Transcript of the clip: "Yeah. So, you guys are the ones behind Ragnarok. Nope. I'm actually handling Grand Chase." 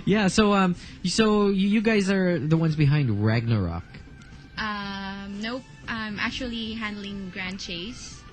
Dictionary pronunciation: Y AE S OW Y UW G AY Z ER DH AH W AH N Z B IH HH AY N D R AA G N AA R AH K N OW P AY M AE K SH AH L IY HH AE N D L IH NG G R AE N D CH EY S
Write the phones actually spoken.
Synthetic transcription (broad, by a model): Y AE S OW Y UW G AY Z ER DH AH W AH N Z B IH HH AY N D R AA G N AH R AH K N OW AY M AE K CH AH L IY HH AE N D L IH NG G R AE N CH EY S